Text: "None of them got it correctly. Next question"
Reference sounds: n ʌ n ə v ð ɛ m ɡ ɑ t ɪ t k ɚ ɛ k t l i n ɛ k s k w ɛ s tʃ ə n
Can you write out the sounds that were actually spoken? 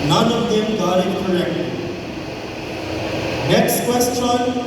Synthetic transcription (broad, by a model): n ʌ n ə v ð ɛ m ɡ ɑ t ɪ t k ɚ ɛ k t i n ɛ k s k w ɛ s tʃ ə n